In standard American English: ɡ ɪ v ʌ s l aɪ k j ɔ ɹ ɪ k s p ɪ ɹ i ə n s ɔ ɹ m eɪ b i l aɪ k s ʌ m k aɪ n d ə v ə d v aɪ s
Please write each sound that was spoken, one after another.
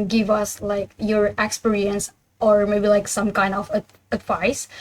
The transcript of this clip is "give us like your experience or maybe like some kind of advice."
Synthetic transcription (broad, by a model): ɡ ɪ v ʌ s l aɪ k j ɔ ɹ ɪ k s p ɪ ɹ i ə n s ɔ ɹ m eɪ b i l aɪ k s ʌ m k aɪ n d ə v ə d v aɪ s